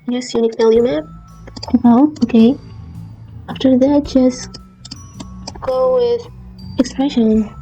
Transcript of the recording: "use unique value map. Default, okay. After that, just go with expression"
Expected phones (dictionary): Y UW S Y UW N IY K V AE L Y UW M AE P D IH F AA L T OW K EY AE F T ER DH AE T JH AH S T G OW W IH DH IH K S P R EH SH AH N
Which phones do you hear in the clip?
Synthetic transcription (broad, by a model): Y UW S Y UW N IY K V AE L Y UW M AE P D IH UH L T OW K EY AE F T ER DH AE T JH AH S T G OW W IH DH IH K S P R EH SH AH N